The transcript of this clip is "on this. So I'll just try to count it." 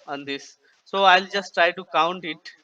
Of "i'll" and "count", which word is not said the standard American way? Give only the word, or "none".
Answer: none